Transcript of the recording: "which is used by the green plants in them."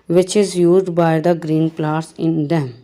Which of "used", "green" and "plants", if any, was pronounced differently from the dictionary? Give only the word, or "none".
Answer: plants